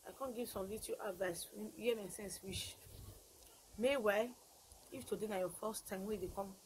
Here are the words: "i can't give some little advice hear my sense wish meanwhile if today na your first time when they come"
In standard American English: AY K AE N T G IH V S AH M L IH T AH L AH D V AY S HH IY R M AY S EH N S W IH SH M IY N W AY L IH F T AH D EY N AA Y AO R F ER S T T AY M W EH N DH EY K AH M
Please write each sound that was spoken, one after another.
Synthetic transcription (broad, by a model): AY K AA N G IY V S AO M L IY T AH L AH D V AY S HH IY M AY S EH N S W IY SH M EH W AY IH F T AH D EY N AA Y AO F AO S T T AY M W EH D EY K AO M